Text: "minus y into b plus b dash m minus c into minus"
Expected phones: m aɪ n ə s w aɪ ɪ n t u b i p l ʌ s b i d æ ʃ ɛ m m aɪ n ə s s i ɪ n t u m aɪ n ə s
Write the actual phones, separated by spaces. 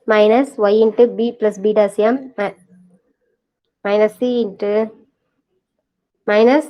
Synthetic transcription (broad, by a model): m aɪ n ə s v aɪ ɪ n t u b i p l ʌ s b i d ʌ s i m m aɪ n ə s s i ɪ n t u m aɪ n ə s